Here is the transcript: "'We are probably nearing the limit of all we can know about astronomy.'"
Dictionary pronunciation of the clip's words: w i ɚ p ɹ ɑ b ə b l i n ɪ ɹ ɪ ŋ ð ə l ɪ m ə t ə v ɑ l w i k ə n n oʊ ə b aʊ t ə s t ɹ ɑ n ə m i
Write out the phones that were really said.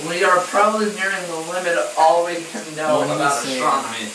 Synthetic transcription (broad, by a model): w i ɚ p ɹ ɑ b ə b l i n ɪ ɹ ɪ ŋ ð ə l ɪ m ə t ɑ l w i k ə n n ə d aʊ ə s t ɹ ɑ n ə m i